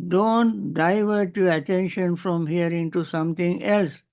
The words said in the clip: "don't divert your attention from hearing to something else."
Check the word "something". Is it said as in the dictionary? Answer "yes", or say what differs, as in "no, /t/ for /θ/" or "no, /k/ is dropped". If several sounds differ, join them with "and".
no, /t/ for /θ/